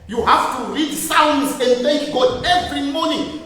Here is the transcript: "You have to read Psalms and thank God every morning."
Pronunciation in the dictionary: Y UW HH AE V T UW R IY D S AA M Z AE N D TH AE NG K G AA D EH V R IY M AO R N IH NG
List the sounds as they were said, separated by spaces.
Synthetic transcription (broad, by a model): Y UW HH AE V T UW R IY D S AA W N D S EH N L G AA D EH V R IY M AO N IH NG